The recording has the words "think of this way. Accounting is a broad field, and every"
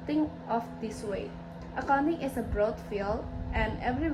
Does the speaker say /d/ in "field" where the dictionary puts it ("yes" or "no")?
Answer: no